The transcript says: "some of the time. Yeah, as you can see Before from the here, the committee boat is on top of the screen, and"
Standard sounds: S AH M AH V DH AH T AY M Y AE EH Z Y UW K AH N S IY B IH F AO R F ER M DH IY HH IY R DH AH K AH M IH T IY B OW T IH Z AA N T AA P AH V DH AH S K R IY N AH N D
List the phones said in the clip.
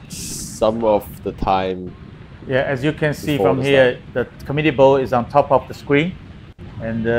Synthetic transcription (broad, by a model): S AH M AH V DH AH T AY M Y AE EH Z Y UW K AH N S IY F R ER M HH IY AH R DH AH K AH M IH T IY B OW IH Z AA N T AA P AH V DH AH S K R IY N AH N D